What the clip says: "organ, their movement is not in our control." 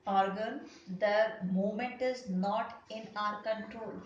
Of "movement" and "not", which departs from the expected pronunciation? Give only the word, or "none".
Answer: movement